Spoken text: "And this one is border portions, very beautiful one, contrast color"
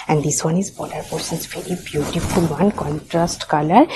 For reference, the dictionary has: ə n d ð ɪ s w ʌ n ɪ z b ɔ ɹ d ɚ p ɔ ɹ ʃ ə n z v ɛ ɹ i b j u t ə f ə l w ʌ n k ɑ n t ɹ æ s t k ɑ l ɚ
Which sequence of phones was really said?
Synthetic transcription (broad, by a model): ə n d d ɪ s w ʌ n ɪ z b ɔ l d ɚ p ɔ ɹ s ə n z v ɛ ɹ i b j u t ə f ə l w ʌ n k ɑ n t ɹ æ s t k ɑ l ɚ